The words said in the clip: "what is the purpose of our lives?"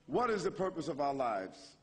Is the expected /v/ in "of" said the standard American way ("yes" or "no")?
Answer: yes